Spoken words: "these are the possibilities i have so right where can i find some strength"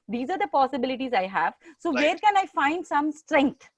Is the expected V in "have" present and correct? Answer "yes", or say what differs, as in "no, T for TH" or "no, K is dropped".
yes